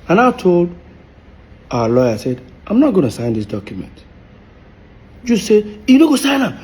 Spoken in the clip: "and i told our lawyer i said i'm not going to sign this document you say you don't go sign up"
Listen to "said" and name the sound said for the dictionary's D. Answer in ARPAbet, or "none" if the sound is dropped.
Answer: D